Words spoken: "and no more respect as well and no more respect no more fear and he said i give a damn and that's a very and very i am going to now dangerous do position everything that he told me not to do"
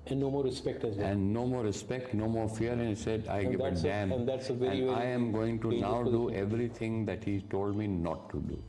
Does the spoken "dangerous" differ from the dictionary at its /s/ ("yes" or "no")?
yes